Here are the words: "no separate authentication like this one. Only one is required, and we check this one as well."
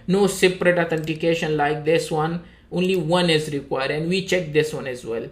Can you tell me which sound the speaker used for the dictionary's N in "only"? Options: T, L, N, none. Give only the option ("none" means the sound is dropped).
N